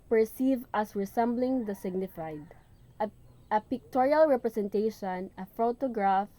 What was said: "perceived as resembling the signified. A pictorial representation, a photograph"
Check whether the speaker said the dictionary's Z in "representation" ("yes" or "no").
no